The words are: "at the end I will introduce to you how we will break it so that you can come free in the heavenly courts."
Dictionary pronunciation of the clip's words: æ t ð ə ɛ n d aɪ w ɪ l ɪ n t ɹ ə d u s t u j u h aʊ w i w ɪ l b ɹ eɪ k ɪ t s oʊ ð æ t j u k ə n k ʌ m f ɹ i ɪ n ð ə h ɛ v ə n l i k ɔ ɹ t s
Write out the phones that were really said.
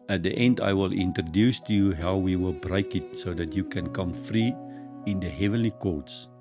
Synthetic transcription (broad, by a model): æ t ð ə ɛ n d aɪ w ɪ l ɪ n t ɹ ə d u s t u j u h aʊ w i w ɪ l b ɹ eɪ k ɪ t s oʊ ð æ t j u k ə n k ʌ m f ɹ i ɪ n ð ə h ɛ v ə n l i k ɔ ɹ t s